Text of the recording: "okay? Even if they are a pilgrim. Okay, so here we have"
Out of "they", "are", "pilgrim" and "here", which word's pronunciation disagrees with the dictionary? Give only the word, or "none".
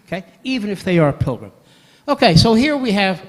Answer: none